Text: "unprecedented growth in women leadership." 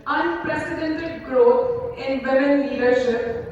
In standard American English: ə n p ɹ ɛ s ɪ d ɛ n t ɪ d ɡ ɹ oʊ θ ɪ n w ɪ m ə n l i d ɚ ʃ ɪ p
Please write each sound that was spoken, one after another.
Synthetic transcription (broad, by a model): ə n p ɹ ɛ s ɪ d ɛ n t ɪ d ɡ ɹ oʊ t ɪ n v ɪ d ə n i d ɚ ʃ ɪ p